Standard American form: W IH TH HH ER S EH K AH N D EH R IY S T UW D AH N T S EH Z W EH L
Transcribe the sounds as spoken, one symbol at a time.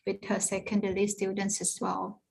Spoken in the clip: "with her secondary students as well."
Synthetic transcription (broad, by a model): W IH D HH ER S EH K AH N D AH L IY S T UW D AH N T S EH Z W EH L